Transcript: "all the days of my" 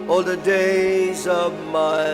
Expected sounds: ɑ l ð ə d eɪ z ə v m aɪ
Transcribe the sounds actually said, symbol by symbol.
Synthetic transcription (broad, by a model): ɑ l ð ə d eɪ z ə v m aɪ